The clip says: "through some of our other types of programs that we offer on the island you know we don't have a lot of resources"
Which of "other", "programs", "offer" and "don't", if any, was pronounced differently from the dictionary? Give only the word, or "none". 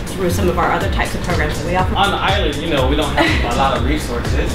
offer